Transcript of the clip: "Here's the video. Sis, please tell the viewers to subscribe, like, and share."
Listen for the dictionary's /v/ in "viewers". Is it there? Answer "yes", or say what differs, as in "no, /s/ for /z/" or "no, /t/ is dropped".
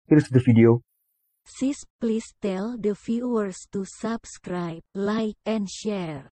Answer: no, /f/ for /v/